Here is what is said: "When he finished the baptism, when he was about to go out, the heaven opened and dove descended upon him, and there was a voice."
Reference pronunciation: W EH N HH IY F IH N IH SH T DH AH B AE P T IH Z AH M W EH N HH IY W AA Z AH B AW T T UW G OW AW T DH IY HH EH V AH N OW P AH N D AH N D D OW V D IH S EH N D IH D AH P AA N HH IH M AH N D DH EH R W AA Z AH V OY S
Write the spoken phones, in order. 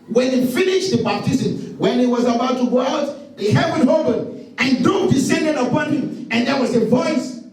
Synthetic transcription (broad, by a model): W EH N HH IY F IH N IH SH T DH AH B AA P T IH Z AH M W EH N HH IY W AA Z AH B AW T T UW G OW AW T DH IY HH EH W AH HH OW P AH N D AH N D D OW D IH S EH N D IH D AH P AA N HH IH M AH N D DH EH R W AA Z AH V OY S